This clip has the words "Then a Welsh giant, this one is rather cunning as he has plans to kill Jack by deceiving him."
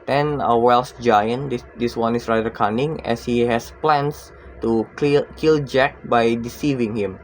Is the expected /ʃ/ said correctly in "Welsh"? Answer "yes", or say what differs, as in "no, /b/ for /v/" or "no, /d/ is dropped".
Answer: no, /s/ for /ʃ/